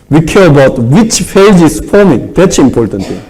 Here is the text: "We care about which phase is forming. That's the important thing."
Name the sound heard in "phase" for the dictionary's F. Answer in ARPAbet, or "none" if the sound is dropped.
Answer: P